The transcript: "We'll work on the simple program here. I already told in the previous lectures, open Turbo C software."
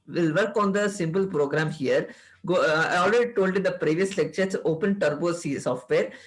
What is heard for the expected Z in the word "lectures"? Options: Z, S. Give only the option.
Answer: S